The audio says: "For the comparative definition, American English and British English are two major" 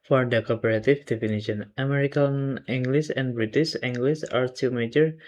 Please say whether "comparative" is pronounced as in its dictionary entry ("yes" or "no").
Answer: no